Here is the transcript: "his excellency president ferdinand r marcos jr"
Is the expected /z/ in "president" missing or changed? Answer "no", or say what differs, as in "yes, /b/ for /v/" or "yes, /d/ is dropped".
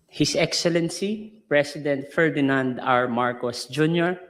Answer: yes, /s/ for /z/